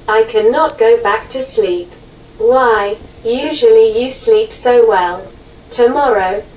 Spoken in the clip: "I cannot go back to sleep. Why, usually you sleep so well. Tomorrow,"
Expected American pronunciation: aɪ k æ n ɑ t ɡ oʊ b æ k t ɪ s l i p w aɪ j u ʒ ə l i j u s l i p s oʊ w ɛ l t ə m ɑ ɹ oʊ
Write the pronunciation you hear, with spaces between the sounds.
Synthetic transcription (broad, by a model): aɪ k æ n ɑ t ɡ oʊ b æ k t ɪ s l i p w aɪ j u ʒ ə l i j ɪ s l i p s oʊ w ɛ l t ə m ɑ ɹ oʊ